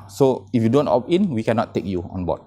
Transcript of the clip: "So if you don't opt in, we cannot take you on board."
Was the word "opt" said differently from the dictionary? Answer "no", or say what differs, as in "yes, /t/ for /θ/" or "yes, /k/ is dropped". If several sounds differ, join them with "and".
yes, /t/ is dropped